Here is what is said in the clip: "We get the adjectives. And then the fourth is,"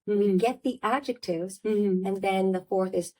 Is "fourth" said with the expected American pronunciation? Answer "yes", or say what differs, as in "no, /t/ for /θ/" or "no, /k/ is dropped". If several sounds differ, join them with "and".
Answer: yes